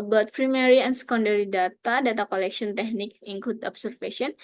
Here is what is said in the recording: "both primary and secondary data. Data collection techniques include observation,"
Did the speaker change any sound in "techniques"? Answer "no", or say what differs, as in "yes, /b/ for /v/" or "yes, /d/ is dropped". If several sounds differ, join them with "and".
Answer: yes, /s/ is dropped